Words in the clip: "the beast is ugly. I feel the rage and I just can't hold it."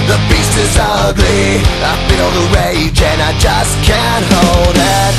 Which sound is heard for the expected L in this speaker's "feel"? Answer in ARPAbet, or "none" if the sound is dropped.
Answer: N